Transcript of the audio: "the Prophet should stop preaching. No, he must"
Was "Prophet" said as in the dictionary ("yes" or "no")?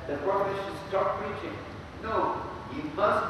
no